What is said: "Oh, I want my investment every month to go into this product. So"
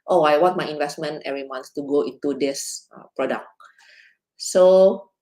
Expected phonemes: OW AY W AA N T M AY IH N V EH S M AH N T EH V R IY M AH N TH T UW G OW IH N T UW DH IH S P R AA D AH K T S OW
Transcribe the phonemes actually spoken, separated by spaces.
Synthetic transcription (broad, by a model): OW AY W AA T M AY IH N V EH S M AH N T EH V R IY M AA N T T UW G OW IH N T UW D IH S P R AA D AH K S OW